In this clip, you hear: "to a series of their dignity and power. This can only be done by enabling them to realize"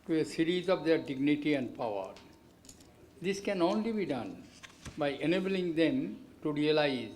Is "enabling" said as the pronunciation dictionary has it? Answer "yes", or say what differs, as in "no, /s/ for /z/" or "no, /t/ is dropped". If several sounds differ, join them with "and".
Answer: yes